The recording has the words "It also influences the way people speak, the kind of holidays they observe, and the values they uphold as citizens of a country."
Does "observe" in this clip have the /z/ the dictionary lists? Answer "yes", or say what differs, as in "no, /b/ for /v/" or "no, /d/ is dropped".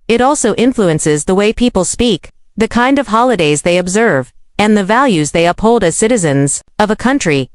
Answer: yes